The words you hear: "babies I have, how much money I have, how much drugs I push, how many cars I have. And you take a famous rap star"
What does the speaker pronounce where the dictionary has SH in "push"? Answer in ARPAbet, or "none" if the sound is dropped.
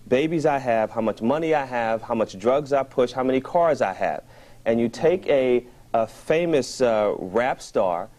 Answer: SH